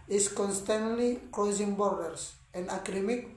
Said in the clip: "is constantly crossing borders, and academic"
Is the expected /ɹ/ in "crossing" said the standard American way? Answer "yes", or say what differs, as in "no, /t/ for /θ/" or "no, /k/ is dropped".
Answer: no, /l/ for /ɹ/